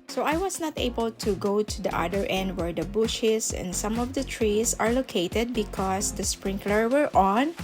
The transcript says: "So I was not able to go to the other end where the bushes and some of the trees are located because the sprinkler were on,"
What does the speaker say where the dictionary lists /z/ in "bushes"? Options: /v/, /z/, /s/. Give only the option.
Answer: /s/